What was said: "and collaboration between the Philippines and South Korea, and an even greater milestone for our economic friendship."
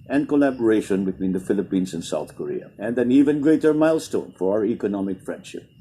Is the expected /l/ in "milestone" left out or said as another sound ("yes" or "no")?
no